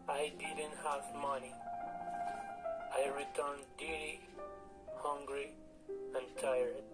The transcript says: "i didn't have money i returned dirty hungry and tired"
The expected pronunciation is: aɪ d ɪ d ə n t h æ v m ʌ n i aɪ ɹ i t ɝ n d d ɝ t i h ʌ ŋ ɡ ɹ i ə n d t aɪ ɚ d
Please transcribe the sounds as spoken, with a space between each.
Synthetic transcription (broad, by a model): aɪ d ɪ d ə n t h æ v m ʌ n i aɪ ɹ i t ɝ n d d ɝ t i h ʌ ŋ ɡ ɹ i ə n t aɪ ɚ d